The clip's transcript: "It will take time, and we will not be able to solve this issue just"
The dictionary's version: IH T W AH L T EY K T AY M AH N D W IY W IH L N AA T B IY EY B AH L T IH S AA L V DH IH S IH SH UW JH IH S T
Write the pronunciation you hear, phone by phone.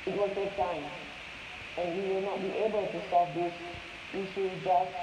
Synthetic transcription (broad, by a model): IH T W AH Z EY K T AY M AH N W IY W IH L N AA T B IY EY B AH L T IH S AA V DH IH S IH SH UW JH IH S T